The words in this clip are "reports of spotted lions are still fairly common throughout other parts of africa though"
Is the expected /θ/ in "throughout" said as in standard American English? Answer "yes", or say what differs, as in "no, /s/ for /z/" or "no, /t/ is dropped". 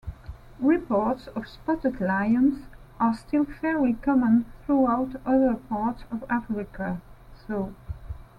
yes